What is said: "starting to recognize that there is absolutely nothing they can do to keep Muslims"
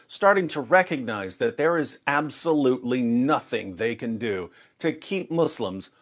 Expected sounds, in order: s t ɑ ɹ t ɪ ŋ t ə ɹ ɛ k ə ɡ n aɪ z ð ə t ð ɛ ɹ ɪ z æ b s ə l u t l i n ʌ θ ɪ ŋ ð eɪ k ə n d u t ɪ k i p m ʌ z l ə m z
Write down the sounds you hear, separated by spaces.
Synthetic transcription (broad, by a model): s t ɑ ɹ t ɪ ŋ t ə ɹ ɛ k ə ɡ n aɪ z ð ə t ð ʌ ɹ ɪ z æ b s ə l u t l i n ʌ θ ɪ ŋ ð eɪ k ə n d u t ɪ k i p m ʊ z l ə m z